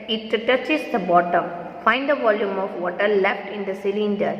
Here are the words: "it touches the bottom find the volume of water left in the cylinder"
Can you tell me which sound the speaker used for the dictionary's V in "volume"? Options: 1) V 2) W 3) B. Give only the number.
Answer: 1